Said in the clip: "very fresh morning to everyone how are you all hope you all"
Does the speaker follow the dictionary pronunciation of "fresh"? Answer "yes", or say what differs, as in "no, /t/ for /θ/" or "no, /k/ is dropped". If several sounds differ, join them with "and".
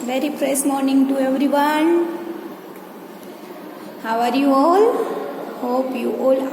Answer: no, /s/ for /ʃ/